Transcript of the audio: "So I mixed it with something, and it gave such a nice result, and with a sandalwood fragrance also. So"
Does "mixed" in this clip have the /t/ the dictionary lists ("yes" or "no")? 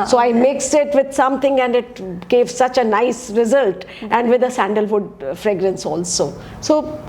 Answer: no